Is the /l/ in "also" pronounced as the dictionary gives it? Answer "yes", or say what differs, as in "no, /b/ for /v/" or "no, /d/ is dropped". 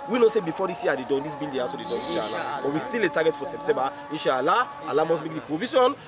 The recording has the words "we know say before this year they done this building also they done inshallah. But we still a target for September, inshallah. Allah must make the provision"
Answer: no, /l/ is dropped